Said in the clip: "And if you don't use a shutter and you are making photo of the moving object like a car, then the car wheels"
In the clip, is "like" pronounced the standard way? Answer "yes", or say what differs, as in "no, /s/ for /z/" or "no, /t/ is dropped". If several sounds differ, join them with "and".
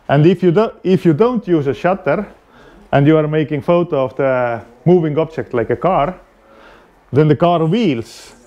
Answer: yes